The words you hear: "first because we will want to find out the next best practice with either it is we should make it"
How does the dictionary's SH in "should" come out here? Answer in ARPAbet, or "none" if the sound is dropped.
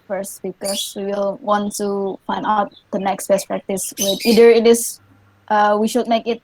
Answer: SH